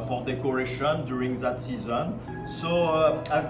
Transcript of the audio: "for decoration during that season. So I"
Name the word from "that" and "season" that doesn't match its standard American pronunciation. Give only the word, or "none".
none